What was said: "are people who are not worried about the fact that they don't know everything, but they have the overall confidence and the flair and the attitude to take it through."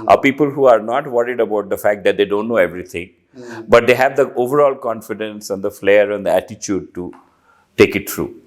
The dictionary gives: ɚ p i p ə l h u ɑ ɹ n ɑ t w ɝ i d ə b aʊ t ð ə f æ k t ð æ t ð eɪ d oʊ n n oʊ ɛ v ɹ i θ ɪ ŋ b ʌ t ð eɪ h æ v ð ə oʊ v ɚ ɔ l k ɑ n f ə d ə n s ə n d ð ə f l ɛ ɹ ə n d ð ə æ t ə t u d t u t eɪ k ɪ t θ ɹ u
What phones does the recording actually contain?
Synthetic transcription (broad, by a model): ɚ p i p ə l h u ɑ ɹ n ɑ t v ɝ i d ə b aʊ t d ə f æ k t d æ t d eɪ d oʊ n n oʊ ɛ v ɹ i t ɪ ŋ b ʌ t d eɪ h æ v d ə oʊ v ɚ ɔ l k ɑ n f ə d ə n s ə n d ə f l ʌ ɹ ə n d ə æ t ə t u d t u t eɪ k ɪ t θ ɹ u